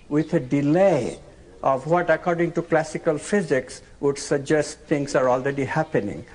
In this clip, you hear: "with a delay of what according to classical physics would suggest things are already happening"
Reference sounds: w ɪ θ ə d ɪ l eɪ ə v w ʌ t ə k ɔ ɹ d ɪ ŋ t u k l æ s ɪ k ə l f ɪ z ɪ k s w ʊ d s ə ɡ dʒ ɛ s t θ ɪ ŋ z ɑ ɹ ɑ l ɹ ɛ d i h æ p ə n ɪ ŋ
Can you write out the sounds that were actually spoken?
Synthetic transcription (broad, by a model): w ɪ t ə d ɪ l eɪ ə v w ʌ t ə k ɔ ɹ d ɪ ŋ t u k l æ s ɪ k ə l f ɪ z ɪ k s w ʊ d s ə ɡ dʒ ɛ s t t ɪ ŋ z ɑ ɹ ɑ l ɹ ɛ d i h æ p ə n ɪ ŋ